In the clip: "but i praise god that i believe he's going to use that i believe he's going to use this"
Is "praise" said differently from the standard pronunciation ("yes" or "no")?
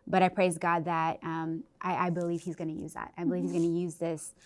no